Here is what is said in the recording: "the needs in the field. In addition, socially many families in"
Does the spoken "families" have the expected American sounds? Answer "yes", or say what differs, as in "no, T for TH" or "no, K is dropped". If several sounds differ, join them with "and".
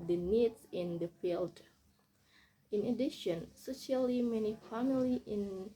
no, Z is dropped